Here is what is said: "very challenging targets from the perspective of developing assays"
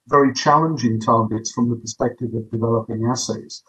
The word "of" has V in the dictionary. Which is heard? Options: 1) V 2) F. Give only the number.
1